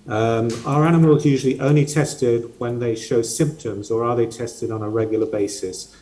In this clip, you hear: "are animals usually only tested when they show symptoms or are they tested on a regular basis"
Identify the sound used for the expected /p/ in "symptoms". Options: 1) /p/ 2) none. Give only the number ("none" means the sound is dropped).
1